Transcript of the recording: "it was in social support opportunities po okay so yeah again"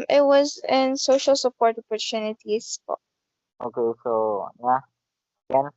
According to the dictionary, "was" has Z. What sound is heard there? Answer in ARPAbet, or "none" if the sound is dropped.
Z